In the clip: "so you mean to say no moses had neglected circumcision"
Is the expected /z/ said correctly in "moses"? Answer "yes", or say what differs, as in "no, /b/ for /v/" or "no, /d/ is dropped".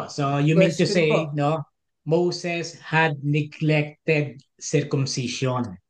no, /s/ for /z/